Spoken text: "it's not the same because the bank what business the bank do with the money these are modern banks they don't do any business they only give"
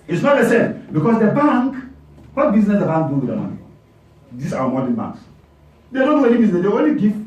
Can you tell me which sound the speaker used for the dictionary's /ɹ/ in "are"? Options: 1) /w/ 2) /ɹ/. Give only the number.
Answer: 1